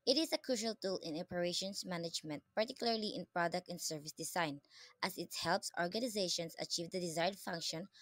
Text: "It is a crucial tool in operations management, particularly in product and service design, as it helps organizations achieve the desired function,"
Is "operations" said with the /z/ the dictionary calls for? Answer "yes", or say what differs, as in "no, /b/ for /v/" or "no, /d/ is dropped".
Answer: no, /s/ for /z/